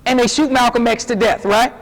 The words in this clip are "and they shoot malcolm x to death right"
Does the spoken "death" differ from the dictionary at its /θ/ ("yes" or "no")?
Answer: no